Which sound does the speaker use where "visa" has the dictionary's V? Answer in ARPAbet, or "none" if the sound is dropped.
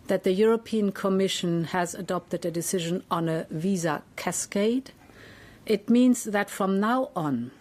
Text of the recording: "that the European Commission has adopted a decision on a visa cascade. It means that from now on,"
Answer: V